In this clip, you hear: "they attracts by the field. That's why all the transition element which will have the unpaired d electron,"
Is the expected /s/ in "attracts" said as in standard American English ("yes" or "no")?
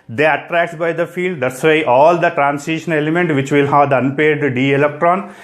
no